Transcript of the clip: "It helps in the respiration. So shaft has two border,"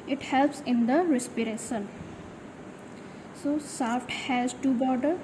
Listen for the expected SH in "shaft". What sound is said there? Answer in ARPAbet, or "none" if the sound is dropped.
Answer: S